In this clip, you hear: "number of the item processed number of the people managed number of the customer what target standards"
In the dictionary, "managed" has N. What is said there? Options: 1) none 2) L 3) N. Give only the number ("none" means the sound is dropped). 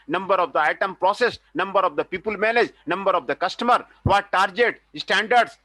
2